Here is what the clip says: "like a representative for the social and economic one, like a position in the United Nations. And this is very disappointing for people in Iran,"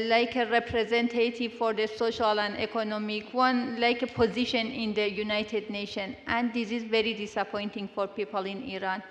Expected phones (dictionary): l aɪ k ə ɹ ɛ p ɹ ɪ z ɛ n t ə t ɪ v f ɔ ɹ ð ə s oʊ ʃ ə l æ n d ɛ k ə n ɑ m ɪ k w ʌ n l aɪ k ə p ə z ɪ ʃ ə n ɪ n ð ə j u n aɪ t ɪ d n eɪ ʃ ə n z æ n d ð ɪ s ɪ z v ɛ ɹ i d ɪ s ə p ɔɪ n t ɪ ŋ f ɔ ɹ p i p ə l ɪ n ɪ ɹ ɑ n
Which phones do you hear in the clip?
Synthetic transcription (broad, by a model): l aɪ k ə ɹ ɛ p ɹ ɪ z ɛ n t ə t ɪ v f ɔ ɹ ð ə s oʊ ʃ ə l æ n d ɛ k ə n ɑ m ɪ k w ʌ n l aɪ k ə p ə z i ʃ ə n ɪ n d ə j u n aɪ t ɪ d n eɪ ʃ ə n æ n d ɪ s ɪ z v ɛ ɹ i d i s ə p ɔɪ n t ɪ ŋ f ɔ ɹ p i p ə l ɪ n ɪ ɹ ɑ n